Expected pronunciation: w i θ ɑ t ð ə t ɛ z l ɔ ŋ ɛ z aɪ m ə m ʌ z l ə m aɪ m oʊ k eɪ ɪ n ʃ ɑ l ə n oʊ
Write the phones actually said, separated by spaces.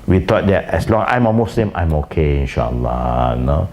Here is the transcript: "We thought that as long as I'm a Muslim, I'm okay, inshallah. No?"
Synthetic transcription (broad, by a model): w i t ɑ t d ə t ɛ s l ɔ ŋ aɪ m ə m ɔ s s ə m aɪ m oʊ k eɪ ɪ n ʃ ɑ l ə n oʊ